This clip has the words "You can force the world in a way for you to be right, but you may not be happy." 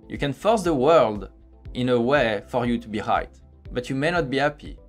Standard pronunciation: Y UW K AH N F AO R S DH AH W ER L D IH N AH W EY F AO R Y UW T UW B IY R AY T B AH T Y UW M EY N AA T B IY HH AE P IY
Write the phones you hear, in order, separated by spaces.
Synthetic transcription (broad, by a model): Y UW K AH N F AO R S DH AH W ER L D IH N AH W EY F AO R Y UW T UW B IY R AY T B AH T Y UW M EY N AA T B IY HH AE P IY